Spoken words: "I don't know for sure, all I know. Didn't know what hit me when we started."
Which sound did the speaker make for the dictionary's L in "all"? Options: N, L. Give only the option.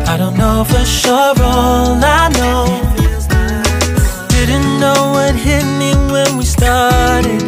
N